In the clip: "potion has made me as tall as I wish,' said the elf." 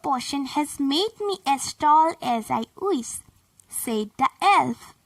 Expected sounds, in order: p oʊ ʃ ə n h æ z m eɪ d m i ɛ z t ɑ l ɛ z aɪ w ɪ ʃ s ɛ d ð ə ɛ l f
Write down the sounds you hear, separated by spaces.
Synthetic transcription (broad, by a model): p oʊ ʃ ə n h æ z m eɪ d m i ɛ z t ɑ l ɛ z aɪ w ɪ s s ɛ d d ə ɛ l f